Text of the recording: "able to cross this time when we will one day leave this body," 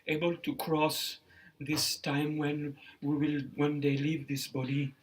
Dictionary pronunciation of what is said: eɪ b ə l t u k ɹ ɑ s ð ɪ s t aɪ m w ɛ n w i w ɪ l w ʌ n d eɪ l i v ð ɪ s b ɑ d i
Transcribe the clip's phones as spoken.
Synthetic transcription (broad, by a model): eɪ b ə l t u k ɹ ɑ s ð ɪ s t aɪ m w ɛ n w i w ɪ l w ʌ n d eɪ l i v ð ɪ s b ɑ d i